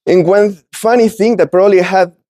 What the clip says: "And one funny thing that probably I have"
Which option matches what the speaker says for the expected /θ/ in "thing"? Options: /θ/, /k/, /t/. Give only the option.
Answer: /θ/